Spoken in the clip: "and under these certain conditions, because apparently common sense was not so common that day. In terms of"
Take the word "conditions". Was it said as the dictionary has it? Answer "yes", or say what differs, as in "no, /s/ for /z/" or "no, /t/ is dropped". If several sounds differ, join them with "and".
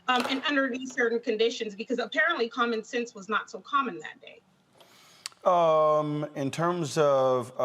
yes